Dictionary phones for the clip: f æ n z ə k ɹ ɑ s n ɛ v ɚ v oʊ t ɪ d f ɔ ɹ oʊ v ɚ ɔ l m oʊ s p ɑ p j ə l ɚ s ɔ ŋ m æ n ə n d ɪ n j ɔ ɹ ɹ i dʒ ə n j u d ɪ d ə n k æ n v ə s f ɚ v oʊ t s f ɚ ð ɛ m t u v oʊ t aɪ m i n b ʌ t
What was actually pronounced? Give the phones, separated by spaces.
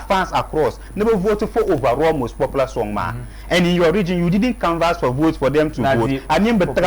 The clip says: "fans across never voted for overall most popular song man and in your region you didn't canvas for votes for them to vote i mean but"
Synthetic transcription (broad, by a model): f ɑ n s ə k ɹ ɑ s n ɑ b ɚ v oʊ t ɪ f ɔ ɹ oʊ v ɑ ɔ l m oʊ s p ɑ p l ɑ s ɔ ŋ m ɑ ə n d ɪ n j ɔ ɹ ɹ i dʒ ə n j u d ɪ d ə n k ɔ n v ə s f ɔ v oʊ t s f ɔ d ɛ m t u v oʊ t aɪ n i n b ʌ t